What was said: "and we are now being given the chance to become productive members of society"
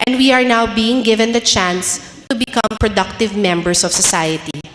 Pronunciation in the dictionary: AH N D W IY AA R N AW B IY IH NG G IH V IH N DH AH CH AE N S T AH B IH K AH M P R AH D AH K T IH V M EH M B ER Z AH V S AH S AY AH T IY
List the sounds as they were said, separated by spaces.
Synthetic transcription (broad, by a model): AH N D W IY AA R N AW B IY IH NG G IH V IH N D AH CH AE N S T AH B IH K AH M P R AH D AH K T IH V M EH M B ER S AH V S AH S AY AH T IY